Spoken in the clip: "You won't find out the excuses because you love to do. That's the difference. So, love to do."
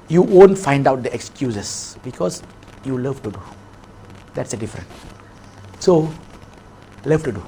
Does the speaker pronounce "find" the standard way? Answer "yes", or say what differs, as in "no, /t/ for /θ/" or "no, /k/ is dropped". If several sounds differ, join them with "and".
yes